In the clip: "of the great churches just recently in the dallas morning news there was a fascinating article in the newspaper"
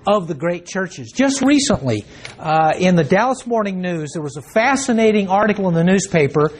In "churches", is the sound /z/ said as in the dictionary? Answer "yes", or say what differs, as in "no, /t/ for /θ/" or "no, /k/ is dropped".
yes